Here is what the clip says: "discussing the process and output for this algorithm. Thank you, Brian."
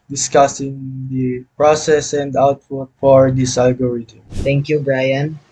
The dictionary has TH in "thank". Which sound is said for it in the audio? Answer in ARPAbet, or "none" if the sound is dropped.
T